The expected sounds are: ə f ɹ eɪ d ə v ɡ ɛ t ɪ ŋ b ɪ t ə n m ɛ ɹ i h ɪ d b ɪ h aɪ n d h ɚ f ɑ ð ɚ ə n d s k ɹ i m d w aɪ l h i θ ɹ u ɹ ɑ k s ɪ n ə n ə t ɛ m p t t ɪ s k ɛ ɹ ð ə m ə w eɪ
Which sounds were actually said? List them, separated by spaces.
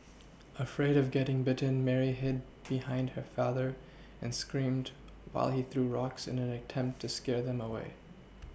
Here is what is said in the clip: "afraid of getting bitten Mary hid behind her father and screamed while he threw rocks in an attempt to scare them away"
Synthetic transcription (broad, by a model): ə f ɹ eɪ d ə v ɡ ɛ t ɪ ŋ b ɪ t ə n m ɛ ɹ i h ɪ d b ɪ h aɪ n d h ɚ f ɑ ð ɚ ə n s k ɹ i m d w aɪ l i θ ɹ u ɹ ɑ k s ɪ n ə n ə t ɛ m p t t ɪ s k ɛ ɹ ð ə m ə w eɪ